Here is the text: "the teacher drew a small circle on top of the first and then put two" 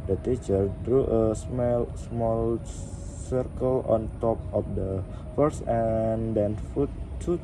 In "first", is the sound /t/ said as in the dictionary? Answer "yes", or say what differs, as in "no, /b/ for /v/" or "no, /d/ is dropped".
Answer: no, /t/ is dropped